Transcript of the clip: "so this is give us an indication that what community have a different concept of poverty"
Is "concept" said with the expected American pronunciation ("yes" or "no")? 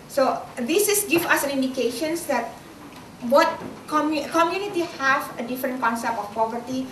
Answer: yes